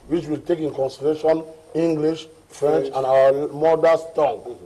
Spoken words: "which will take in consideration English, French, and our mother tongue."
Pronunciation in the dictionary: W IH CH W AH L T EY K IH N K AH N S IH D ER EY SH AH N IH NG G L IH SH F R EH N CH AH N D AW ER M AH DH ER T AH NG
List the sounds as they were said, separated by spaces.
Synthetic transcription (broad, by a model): W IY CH W AH L T EY K IH N K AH N S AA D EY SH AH N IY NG G L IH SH F R EH N CH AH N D AW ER M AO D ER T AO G